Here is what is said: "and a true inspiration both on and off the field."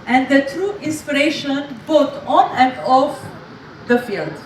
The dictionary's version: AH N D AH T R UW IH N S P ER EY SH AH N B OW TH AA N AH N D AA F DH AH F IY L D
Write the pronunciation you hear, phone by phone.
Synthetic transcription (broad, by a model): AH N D AH T R UW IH N S P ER EY SH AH N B OW T AA N AH N D AA F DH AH F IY L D